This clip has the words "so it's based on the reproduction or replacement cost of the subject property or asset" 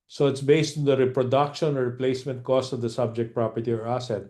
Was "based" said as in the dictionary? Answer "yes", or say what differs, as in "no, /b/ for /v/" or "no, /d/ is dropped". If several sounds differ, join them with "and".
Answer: yes